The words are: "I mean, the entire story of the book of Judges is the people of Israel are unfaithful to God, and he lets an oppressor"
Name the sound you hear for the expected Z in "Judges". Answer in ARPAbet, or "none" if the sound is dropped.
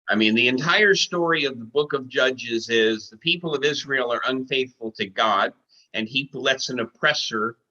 Z